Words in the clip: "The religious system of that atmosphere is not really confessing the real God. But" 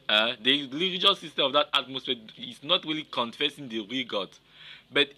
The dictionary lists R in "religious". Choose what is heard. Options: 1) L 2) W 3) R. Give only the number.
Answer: 1